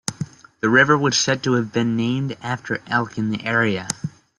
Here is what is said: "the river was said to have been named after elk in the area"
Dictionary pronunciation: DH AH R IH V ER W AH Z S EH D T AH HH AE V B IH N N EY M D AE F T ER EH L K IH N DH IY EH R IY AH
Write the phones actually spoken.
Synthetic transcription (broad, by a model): DH AH R IH V ER W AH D S EH D T AH V B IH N N EY M D AE F T ER EH L K IH N DH IY EH R IY AH